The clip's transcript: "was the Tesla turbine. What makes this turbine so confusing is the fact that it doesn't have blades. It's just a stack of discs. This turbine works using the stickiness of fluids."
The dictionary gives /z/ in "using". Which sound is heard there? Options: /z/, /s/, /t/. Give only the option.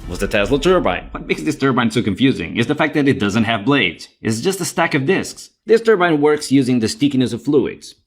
/z/